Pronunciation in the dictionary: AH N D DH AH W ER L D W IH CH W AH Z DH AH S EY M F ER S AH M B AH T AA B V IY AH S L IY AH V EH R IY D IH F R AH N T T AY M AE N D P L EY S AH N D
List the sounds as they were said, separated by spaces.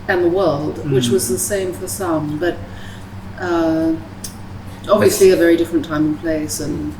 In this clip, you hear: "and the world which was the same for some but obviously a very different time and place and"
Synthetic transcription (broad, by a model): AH N DH AH W ER L D W IH CH W AH Z DH AH S EY M F ER S AH M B AH T AA B V IY AH S L IY AH V EH R IY D IH F R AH N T T AY M N P L EY S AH N